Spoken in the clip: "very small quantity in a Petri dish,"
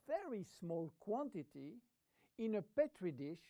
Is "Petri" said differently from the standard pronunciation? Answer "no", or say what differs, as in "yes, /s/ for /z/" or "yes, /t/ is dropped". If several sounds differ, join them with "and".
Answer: no